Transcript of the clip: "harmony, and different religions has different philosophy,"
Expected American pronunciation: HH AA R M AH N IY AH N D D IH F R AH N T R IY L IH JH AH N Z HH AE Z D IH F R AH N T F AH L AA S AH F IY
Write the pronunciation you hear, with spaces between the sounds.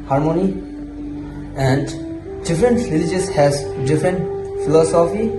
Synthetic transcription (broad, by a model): HH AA R M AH N IY AH N D D IH F R AH N T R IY L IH JH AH Z HH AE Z D IH F R AH N T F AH L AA S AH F IY